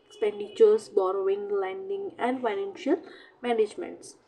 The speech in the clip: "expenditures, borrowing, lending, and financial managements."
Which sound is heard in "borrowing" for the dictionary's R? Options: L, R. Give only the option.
R